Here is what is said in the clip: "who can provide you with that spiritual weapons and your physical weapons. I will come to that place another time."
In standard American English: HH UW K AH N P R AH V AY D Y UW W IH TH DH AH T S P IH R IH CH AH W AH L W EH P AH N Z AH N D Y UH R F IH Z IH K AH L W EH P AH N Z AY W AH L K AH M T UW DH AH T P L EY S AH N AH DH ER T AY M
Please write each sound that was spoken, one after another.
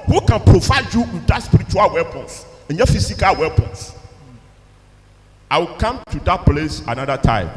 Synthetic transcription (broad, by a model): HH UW K AH N P R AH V AY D Y UW W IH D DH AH T S P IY R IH CH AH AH L W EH P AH N S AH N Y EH F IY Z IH K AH L W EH P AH N S AY W AH L K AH M T UW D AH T P L EY S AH N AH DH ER T AY M